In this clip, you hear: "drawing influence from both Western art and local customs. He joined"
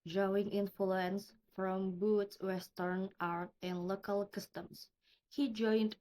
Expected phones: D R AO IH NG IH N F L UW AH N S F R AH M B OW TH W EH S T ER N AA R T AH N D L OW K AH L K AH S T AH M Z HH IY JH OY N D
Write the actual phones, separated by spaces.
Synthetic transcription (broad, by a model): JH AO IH NG IH N F L UW AH N S F R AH M B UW S W EH S T ER N AA R T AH N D L OW K AH L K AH S T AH M S HH IY JH OY N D